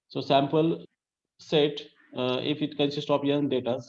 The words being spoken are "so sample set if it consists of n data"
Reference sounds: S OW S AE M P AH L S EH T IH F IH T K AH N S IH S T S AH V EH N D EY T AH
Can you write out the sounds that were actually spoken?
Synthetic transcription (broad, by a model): S OW S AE M P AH L S EH T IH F IH T K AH N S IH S T AH P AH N D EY T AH